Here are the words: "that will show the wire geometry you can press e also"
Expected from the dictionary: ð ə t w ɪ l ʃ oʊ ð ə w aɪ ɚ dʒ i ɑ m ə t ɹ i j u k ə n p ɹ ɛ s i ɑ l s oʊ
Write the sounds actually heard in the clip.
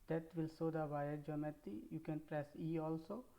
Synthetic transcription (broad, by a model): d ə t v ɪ l s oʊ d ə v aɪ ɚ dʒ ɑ m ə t i j u k ə n p ɹ ɛ s i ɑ l s oʊ